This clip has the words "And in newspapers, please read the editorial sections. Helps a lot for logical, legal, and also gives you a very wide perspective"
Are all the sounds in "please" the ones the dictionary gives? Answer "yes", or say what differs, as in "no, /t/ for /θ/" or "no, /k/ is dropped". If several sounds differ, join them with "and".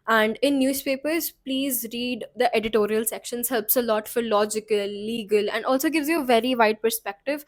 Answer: yes